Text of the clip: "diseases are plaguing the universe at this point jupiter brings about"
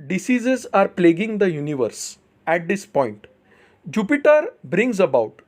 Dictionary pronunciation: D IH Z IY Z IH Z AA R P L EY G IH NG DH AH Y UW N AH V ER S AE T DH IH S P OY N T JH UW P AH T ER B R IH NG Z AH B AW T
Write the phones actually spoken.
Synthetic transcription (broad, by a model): D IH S IY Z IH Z AA R P L EY G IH NG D AH Y UW N AH V ER S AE T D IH S P OY N T JH UW P AH T ER B R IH NG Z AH B AW T